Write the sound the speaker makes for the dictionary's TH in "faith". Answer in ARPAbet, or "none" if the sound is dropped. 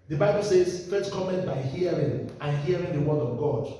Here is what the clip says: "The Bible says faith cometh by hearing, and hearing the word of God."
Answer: S